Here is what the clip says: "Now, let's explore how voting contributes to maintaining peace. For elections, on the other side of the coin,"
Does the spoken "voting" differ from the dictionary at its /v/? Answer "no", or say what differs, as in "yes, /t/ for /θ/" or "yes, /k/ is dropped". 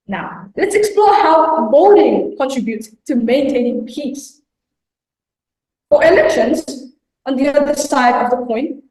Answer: yes, /b/ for /v/